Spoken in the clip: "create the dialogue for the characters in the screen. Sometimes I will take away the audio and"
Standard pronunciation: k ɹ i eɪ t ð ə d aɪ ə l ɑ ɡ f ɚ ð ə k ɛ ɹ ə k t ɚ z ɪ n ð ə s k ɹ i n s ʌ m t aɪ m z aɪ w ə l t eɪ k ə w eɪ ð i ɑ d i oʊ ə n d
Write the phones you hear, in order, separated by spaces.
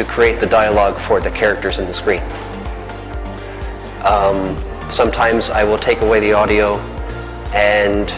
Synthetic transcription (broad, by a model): k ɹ i eɪ t ð ə d aɪ ə l ɑ ɡ f ɚ ð ə k ɛ ɹ ə k t ɚ z ɪ n ð ə s k ɹ i n s ʌ m t aɪ m z aɪ w ə l t eɪ k ə w eɪ ð i ɑ d i oʊ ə n